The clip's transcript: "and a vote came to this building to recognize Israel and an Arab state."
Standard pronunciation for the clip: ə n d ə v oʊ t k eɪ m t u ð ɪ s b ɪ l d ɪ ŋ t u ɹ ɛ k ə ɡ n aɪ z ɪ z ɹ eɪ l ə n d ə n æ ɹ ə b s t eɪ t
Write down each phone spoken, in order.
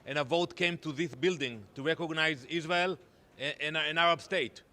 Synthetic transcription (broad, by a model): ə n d ə v oʊ t k eɪ m t u ð ɪ s b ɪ l d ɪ ŋ t u ɹ ɛ k ə ɡ n aɪ z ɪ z ɹ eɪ l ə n ə n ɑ ɹ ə b s t eɪ t